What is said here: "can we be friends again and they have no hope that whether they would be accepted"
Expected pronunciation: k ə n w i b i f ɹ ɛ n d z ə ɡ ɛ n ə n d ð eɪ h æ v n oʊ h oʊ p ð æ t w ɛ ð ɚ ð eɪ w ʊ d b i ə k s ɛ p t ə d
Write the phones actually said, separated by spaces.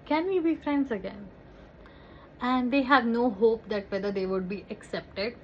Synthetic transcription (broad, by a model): k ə n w i b i f ɹ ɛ n d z ə ɡ ɛ n ə n d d eɪ h æ v n oʊ h oʊ p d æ t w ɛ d ɚ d eɪ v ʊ d b i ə k s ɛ p t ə d